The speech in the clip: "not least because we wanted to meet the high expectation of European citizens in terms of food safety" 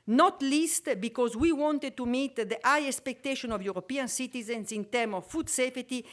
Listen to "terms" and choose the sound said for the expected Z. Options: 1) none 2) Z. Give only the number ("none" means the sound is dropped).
1